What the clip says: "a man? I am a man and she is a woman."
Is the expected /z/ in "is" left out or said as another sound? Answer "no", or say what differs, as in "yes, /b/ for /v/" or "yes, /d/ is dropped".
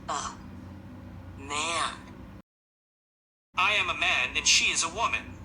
no